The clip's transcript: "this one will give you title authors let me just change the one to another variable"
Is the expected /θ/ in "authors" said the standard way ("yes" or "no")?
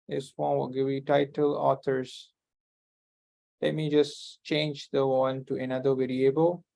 no